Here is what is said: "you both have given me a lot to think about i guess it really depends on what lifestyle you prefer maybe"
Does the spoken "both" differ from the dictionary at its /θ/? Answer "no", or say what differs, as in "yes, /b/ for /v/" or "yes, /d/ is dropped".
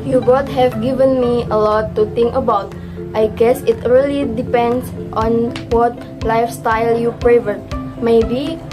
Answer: yes, /t/ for /θ/